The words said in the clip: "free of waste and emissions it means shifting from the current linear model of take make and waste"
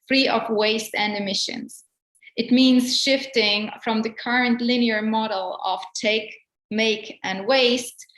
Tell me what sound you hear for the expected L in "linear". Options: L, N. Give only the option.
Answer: L